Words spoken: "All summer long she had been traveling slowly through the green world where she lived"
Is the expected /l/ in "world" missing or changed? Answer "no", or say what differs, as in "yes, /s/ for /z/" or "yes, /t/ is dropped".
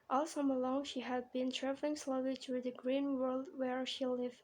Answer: no